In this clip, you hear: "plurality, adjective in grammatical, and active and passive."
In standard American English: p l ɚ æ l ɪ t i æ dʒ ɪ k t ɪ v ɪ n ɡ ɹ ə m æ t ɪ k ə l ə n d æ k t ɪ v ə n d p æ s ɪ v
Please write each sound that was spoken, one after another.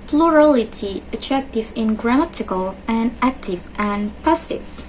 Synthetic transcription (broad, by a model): p l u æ l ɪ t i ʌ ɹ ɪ k t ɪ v ɪ n ɡ ɹ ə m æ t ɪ k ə l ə n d æ k t ɪ v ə n p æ s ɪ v